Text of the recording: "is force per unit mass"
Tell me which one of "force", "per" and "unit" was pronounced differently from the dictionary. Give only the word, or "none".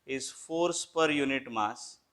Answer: none